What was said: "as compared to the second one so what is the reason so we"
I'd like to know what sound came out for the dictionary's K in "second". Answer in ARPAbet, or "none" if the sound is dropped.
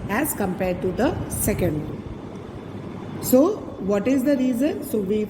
K